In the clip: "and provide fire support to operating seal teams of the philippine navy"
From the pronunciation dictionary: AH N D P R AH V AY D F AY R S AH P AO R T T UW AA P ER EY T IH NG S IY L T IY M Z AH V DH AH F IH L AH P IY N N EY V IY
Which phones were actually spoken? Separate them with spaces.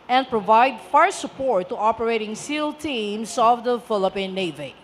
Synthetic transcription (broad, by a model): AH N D P R AH V AY D F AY R S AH P AO R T T UW AA P ER EY T IH NG S IY L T IY M S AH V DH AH F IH L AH P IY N N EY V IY